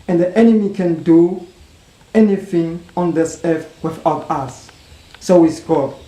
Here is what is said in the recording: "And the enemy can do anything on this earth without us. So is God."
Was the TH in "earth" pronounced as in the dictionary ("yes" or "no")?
no